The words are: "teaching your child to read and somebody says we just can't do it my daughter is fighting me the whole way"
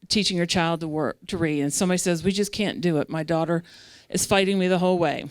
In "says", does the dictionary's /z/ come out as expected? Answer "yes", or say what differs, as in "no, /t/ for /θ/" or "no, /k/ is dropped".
yes